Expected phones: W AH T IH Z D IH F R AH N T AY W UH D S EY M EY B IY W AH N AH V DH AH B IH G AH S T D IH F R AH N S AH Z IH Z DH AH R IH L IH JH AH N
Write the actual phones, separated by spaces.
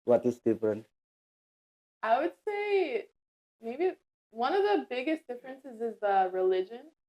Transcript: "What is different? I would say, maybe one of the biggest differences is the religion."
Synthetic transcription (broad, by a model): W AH T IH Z D IH F R AH N T AY W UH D S EY M EY B IY W AH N AH V DH AH B IH G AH S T D IH F R AH N S AH Z IH Z DH AH R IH L IH JH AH N